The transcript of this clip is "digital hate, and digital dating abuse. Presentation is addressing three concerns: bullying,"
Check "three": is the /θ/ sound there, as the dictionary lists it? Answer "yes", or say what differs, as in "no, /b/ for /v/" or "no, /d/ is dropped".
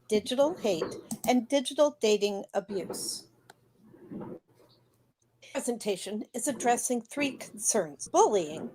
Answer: yes